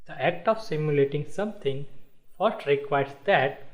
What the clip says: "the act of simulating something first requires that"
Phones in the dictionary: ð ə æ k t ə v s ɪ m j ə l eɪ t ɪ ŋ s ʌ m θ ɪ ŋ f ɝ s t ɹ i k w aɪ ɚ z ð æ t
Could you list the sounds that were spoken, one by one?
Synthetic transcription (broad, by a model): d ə æ k t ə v s ɪ m j ə l eɪ t ɪ ŋ s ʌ m t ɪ ŋ f ɝ s t ɹ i k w aɪ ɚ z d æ t